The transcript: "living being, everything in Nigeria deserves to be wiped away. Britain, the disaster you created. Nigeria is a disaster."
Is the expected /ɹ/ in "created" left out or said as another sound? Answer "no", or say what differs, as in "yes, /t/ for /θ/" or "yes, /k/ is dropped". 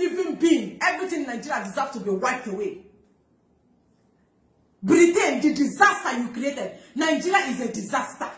no